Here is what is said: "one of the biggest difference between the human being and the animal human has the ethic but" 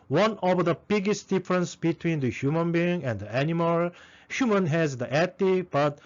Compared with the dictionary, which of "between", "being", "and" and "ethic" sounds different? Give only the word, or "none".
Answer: ethic